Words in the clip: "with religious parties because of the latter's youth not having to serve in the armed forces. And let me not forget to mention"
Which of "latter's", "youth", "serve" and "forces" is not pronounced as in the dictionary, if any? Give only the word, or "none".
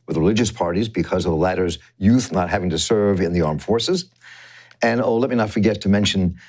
none